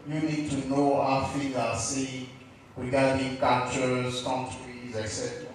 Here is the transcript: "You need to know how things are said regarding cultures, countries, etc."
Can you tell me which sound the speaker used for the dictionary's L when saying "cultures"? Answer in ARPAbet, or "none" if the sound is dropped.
N